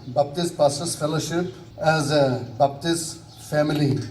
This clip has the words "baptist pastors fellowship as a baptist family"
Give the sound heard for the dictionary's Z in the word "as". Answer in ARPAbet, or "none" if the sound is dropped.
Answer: Z